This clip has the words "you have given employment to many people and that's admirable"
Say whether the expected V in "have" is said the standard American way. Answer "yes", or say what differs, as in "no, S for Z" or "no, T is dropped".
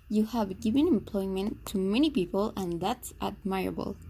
yes